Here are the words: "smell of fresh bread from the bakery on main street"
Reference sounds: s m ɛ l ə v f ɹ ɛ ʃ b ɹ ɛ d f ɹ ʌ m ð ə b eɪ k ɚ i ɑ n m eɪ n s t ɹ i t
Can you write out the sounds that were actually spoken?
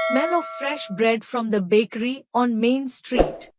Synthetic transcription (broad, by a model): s m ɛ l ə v f ɹ ɛ ʃ b ɹ ɛ d f ɹ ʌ m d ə b eɪ k ɚ i ɑ n m eɪ n s t ɹ i t